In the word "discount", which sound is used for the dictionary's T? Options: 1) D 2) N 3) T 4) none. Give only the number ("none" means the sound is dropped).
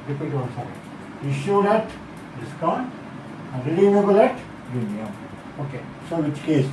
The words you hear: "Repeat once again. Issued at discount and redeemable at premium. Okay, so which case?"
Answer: 4